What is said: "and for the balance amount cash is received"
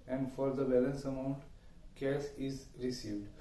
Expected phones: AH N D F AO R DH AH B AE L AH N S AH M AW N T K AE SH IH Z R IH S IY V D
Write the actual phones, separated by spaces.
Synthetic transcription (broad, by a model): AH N D F AO R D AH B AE L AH N S AH M AW N T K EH S IH Z R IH S IY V D